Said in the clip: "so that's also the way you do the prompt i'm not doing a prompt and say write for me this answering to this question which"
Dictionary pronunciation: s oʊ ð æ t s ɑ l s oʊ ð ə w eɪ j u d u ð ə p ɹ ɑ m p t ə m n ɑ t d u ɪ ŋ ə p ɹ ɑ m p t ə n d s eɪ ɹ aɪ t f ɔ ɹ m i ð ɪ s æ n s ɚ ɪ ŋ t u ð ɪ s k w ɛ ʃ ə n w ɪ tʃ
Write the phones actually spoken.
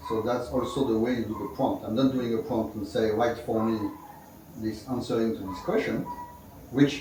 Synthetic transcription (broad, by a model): s oʊ ð æ t s ɑ l s oʊ ð ə w eɪ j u d u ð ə p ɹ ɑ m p t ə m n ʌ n d u ɪ ŋ ə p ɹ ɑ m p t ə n s eɪ ɹ aɪ t f ɔ ɹ m i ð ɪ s æ n s ɚ ɪ ŋ t u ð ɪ s k w ɛ ʃ ə n w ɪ tʃ